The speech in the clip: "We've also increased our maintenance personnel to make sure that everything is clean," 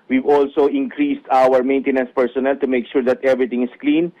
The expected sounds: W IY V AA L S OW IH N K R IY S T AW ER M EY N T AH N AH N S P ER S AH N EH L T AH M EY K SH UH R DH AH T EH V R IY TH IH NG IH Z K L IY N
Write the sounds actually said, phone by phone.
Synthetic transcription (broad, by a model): W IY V AA L S OW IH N K R IY S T AW ER M EY N T AH N AH N S P ER S AH N EH L T AH M EY K SH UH R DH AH T EH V R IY T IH NG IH S K L IY N